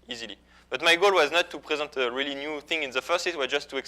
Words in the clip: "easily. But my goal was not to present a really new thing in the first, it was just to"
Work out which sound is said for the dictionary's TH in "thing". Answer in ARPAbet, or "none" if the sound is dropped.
TH